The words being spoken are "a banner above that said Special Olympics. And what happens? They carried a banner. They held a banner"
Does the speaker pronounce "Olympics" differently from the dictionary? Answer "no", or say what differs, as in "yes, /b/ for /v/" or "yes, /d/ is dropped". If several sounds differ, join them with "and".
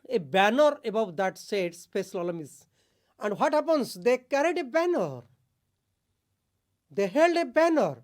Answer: yes, /p/ is dropped and /k/ is dropped